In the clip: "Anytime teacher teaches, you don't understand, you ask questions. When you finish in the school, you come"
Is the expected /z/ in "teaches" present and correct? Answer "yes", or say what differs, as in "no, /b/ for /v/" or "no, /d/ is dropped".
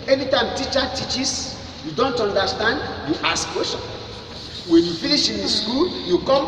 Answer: no, /s/ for /z/